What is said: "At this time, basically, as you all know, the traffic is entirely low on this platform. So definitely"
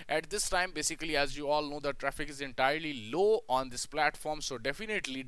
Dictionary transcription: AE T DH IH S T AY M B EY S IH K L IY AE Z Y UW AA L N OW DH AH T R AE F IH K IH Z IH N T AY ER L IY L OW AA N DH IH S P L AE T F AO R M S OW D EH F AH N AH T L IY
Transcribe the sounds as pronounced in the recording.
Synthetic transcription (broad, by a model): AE T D IH S T AY M B EY S IH K L IY AE Z Y UW AA L N OW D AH T R AE F IH K IH Z IH N T AY ER L IY L OW AA N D IH S P L AE T F AO R M S OW D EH F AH N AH T L IY